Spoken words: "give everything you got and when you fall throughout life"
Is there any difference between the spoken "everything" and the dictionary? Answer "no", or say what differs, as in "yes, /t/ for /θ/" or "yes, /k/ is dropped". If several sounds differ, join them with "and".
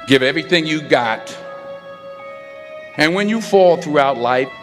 no